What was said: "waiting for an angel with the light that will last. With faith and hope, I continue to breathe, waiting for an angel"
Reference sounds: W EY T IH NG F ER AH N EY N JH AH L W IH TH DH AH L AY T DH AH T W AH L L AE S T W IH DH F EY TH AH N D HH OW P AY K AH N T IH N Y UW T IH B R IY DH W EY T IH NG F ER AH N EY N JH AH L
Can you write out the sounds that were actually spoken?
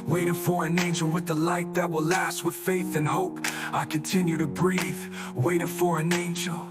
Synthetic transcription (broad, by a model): W EY T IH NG F ER AH N EY N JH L W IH DH AH L AY T DH AH T W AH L L AE S T W IH DH F EY TH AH N HH OW P AY K AH N T IH N Y UW T IH B R IY DH W EY T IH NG F ER AH N EY N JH L